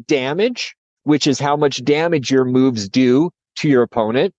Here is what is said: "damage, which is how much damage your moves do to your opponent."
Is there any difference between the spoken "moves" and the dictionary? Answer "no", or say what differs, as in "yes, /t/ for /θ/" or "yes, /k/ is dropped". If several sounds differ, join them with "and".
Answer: no